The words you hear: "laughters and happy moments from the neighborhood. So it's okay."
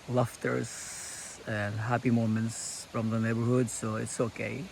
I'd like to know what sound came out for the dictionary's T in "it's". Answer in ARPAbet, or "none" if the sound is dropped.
T